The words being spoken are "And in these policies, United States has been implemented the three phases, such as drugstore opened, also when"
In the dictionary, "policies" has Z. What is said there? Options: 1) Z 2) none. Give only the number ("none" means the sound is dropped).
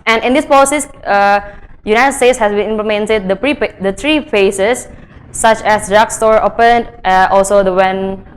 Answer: 2